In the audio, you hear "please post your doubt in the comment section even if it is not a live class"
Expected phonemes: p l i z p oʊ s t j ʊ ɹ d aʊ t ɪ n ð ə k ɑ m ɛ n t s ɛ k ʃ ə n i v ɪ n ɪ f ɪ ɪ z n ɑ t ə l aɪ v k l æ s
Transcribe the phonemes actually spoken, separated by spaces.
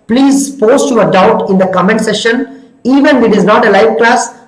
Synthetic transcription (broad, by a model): p l i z p oʊ s t j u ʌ d aʊ t ɪ n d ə k ɑ m ɛ n t s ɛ ʃ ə n i v ɪ n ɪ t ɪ ɪ z n ɑ t ə l aɪ v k l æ s